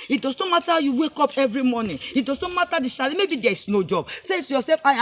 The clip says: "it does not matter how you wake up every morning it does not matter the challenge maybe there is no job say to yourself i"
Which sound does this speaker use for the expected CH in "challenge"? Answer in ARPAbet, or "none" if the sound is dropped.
SH